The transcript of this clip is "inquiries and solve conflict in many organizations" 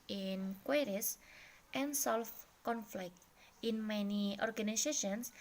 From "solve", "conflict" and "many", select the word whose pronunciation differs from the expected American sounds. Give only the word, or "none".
solve